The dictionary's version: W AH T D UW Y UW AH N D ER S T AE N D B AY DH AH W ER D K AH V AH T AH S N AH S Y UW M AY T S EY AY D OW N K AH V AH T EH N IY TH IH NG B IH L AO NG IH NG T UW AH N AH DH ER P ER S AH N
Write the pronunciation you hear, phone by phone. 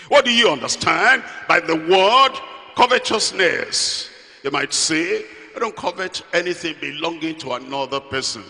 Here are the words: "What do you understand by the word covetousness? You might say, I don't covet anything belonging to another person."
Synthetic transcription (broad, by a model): W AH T D UW Y UW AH N D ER S T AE N D B AY DH AH W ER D K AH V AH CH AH S N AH S Y UW M AY T S EY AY D OW N K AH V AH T EH N IY TH IH NG B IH L AO NG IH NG T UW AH N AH DH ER P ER S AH N